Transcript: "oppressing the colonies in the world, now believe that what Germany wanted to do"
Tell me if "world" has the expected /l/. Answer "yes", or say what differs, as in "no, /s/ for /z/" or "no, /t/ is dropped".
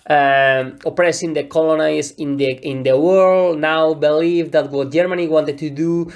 yes